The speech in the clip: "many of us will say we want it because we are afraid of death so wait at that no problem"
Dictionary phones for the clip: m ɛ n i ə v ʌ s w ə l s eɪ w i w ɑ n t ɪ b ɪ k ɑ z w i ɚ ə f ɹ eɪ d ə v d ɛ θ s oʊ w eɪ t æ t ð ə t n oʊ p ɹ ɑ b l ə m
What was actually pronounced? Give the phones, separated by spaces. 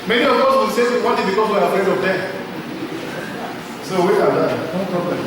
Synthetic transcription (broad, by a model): m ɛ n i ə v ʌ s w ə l s eɪ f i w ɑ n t ɪ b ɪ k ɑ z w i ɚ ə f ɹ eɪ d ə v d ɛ s oʊ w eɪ ɑ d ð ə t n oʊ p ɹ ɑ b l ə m